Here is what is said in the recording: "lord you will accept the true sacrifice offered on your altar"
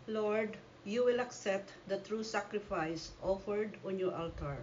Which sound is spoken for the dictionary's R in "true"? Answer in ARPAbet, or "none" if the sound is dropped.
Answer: R